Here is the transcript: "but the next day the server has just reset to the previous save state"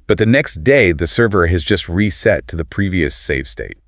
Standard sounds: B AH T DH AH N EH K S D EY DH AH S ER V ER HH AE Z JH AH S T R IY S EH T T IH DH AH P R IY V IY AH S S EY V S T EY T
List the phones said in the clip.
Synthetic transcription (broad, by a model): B AH T DH AH N EH K S D EY DH AH S ER V ER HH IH Z JH AH S T R IY S EH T T IH DH AH P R IY V IY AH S S EY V S T EY T